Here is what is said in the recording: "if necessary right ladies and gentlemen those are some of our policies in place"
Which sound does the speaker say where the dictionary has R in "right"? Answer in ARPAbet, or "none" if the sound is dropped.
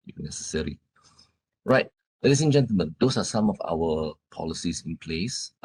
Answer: R